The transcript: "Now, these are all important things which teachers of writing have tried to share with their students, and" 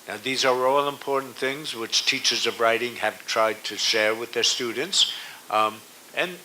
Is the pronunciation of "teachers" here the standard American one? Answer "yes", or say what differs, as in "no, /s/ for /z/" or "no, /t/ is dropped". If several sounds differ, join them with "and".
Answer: yes